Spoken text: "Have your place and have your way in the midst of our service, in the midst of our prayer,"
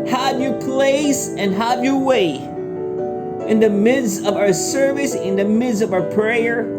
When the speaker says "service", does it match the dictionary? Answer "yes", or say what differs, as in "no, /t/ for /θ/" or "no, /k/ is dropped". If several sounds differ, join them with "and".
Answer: yes